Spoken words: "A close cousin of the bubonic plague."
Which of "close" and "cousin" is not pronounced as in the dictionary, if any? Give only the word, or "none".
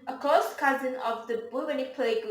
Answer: close